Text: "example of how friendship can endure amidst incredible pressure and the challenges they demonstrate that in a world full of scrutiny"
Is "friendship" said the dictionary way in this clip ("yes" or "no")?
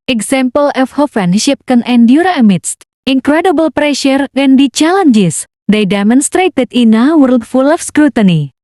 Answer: no